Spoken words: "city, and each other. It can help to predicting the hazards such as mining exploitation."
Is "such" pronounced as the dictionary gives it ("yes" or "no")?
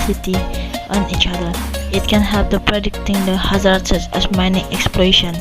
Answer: no